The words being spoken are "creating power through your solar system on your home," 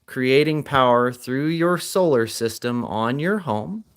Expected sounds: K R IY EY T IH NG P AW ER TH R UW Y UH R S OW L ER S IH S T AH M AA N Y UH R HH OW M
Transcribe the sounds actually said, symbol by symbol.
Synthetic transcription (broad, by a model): K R IY EY T IH NG P AW ER TH R UW Y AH R S OW L ER S IH S T AH M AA N Y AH R HH OW M